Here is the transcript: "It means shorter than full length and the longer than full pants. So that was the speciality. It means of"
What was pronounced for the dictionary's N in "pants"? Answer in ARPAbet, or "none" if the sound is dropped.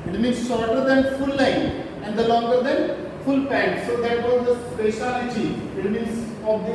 none